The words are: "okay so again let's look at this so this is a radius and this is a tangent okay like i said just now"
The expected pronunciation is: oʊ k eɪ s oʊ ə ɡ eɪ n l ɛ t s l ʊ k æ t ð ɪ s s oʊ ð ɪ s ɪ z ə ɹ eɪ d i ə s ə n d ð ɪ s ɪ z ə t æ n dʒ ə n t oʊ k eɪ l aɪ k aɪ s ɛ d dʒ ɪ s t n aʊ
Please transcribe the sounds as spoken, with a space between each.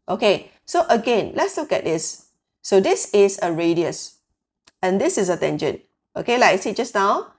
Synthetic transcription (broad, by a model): oʊ k eɪ s oʊ ə ɡ eɪ n l ɛ t s l ʊ k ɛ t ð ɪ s s oʊ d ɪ s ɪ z ə ɹ eɪ d i ə s ə n d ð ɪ s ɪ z ə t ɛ n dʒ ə n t oʊ k eɪ l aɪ aɪ s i dʒ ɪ s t n aʊ